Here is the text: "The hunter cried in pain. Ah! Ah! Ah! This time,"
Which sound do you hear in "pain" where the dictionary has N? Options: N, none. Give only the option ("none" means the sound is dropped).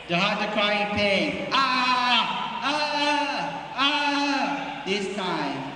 none